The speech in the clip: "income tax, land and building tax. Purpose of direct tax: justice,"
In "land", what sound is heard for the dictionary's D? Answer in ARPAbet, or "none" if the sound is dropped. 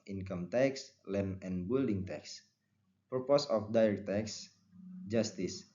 none